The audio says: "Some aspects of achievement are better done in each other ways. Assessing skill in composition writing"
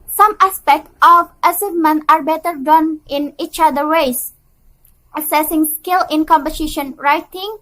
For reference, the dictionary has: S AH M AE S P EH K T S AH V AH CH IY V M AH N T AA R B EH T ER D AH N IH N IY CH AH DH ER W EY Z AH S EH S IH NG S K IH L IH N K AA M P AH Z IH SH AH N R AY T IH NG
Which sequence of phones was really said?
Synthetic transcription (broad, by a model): S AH M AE S P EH K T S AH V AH S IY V M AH N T AA R B EH T ER D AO N IH N IY CH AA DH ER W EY S AH S EH S IH NG S K IH L IH N K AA M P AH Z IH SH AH N R AY T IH NG